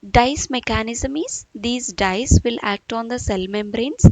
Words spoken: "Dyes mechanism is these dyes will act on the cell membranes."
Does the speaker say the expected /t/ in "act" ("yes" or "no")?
yes